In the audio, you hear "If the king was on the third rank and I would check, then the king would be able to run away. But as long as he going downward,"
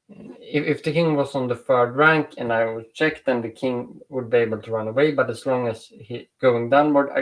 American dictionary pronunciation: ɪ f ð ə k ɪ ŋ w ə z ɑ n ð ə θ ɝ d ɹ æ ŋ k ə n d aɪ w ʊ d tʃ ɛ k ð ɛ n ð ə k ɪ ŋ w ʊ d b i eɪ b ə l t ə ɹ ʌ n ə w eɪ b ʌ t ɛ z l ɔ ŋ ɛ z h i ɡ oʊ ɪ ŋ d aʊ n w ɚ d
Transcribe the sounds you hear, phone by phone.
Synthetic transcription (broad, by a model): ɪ f ð ə k ɪ ŋ w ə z n ð ə f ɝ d ɹ æ ŋ k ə n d aɪ w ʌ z tʃ ɛ k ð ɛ n ð ə k ɪ ŋ w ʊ d b i eɪ b ə l t ə ɹ ʌ n ə w eɪ b ʌ t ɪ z l ɔ ŋ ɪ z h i ɡ oʊ ɪ ŋ d aʊ n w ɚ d